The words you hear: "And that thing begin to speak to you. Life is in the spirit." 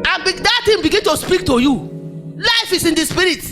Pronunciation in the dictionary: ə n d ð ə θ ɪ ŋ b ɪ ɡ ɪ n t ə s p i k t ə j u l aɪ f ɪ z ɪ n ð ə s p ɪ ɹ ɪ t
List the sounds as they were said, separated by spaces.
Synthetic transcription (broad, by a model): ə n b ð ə t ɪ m b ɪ ɡ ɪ n t ə s p i k t ə j u l aɪ f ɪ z ɪ n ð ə s p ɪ ɹ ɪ t